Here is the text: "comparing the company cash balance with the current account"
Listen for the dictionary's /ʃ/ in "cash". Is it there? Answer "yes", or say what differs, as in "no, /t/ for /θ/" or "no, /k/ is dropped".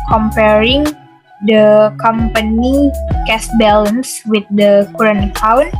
no, /s/ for /ʃ/